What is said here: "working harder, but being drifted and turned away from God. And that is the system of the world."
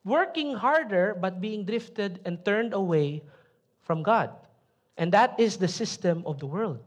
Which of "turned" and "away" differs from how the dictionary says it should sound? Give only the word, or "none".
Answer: none